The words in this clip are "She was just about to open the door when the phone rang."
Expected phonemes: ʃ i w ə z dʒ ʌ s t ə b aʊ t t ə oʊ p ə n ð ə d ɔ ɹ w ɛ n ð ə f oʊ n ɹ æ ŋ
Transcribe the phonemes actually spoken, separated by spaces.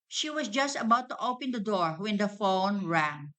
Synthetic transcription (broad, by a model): ʃ i w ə s dʒ ʌ s t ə b aʊ t t ə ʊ p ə n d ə d ɔ ɹ w ɛ n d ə f oʊ n ɹ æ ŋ